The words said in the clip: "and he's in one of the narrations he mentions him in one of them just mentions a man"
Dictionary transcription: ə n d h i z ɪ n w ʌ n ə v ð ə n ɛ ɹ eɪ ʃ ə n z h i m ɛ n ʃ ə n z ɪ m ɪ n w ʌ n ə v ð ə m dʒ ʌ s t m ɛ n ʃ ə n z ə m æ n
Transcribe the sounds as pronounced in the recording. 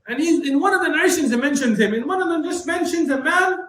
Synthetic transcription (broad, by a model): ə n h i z ɪ n w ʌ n ə v ð ə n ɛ ɪ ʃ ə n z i m ɛ n ʃ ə n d ɪ m ɪ n w ʌ n ə v ð ə m dʒ ʌ s t m ɛ n ʃ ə n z ə m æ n